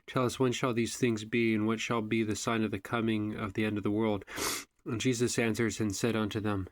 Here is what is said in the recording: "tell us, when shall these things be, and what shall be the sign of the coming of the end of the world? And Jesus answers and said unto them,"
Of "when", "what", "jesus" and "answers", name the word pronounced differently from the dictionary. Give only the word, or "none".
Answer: none